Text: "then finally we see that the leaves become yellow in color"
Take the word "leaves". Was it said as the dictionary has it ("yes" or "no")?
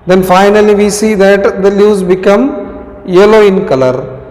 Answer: no